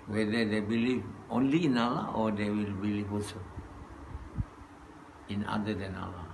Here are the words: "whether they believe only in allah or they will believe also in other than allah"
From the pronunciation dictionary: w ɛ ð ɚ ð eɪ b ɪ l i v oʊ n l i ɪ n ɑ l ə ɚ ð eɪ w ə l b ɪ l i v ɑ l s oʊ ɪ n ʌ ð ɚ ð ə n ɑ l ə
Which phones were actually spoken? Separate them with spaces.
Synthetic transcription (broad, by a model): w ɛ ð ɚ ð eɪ b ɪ l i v oʊ n l i ɪ n ɑ l ə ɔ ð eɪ w ə l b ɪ l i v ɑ s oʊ ɪ n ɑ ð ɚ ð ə n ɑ l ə